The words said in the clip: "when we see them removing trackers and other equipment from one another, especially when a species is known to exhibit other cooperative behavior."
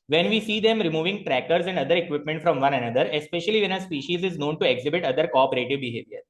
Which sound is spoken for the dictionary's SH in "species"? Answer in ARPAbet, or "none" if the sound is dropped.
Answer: SH